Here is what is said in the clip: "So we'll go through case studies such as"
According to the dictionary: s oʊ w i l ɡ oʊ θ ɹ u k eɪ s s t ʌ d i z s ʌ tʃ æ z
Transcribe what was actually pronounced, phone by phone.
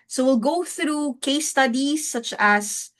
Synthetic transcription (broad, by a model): s oʊ w i l ɡ oʊ θ ɹ u k eɪ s s t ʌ d i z s ʌ tʃ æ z